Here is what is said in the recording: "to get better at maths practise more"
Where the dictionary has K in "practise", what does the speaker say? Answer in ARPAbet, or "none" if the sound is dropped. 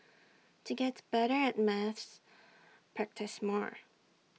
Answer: K